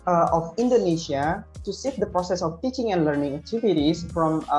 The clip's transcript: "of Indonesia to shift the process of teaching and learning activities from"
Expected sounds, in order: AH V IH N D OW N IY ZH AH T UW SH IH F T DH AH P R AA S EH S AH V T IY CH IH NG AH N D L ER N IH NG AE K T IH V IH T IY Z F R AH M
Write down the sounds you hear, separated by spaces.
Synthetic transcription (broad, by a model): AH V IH N D OW N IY SH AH T UW S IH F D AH P R AA S EH S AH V T IY CH IH NG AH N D L ER N IH NG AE K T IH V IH T IY S F R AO M